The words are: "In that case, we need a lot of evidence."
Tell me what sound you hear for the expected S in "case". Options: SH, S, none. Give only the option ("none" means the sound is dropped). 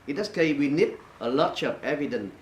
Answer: none